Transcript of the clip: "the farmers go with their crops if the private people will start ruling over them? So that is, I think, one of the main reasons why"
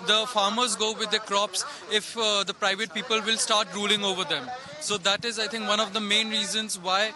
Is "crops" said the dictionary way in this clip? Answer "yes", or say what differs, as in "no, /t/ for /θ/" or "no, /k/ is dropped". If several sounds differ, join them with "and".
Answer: yes